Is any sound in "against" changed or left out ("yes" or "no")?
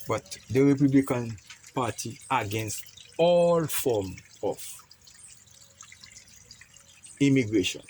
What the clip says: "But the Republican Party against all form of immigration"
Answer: no